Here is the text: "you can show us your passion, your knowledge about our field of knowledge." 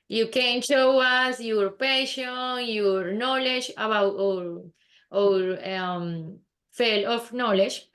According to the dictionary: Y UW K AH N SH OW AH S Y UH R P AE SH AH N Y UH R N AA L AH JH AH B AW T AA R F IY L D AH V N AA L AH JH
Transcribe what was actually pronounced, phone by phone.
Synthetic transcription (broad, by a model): Y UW K AH N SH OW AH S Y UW R P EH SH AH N Y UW R N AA L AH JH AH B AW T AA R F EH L AH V N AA L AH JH